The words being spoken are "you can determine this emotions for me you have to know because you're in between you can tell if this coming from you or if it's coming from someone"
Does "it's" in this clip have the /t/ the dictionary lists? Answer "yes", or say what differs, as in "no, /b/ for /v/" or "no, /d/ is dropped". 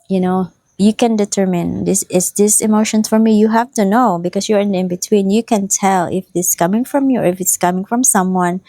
yes